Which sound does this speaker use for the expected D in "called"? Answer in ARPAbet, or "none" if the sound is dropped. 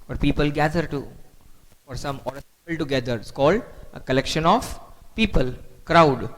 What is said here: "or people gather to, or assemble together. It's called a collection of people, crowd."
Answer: D